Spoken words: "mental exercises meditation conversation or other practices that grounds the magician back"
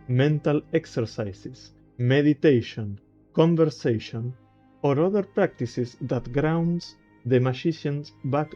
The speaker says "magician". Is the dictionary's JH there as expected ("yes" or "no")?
no